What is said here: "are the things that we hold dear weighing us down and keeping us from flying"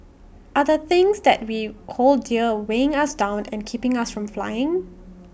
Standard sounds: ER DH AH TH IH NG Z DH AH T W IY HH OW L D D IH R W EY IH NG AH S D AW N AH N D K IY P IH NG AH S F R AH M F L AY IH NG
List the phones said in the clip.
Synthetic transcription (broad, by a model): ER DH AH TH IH NG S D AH T W IY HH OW L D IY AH W EY IH NG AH S D AW N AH N K IY P IH NG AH S F R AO M F L AY IH NG